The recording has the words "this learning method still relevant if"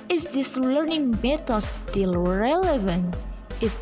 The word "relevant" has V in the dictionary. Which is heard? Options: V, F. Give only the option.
V